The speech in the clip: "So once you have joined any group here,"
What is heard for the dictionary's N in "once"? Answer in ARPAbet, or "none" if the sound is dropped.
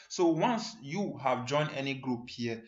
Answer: N